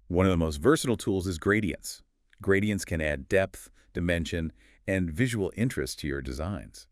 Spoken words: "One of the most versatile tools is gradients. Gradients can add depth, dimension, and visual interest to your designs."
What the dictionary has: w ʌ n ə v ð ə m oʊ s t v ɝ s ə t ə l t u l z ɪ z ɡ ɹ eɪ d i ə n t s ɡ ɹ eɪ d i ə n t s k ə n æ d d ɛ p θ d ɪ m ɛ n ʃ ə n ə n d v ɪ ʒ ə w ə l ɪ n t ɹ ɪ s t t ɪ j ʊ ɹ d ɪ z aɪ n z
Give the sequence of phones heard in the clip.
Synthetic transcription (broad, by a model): w ʌ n ə v ð ə m oʊ s t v ɝ s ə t l t u l z ɪ z ɡ ɹ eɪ d i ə n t s ɡ ɹ eɪ d i ə n t s k ə n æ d d ɛ p θ d ɪ m ɛ n ʃ ə n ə n v ɪ ʒ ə w l ɪ n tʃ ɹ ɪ s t t ɪ j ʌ ɹ d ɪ z aɪ n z